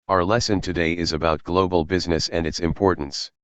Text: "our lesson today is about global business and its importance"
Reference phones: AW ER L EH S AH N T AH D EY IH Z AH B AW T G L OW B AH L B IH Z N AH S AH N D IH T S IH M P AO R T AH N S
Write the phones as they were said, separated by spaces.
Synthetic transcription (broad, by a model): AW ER L EH S AH N T AH D EY IH Z AH B AW T G L OW B AH L B IH Z N AH S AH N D IH T S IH M P AO R T N S